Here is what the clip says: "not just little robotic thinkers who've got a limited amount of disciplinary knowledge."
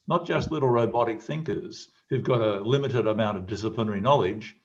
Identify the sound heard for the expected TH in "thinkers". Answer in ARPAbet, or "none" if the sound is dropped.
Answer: TH